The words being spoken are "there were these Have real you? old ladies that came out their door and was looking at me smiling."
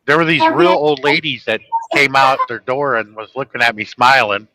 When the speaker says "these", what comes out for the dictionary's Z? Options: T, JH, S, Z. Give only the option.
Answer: Z